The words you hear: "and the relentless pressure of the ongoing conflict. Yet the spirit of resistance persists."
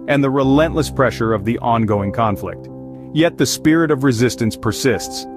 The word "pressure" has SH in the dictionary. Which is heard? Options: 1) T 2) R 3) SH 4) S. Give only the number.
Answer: 3